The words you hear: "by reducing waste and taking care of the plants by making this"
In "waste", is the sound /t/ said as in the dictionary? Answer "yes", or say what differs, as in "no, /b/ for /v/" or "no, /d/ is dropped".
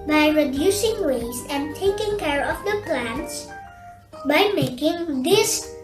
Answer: no, /t/ is dropped